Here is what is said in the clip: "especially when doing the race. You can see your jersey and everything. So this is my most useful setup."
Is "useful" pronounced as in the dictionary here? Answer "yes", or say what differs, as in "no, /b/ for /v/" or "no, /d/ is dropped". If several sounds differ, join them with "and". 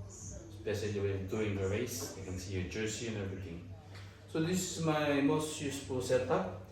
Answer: no, /p/ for /f/